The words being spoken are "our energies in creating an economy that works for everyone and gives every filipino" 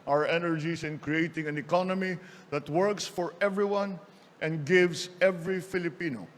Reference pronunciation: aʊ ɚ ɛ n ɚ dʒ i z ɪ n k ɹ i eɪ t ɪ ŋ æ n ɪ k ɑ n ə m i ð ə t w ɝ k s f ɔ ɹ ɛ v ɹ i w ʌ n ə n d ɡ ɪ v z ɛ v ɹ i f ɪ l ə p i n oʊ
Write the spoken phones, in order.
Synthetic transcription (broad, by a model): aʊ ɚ ɛ n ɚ dʒ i s ɪ n k ɹ i eɪ t ɪ ŋ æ n ɪ k ɑ n ə m i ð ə t w ɝ k s f ɔ ɹ ɛ v ɹ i w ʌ n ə n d ɡ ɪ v s ɛ v ɹ i f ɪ l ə p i n oʊ